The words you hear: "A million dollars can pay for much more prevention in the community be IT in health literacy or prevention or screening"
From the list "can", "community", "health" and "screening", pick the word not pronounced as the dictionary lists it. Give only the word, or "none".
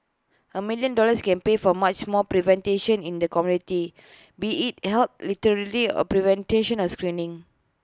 health